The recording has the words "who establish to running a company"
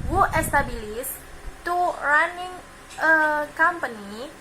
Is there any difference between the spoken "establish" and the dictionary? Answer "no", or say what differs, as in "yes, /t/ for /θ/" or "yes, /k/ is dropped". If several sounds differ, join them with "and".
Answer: yes, /s/ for /ʃ/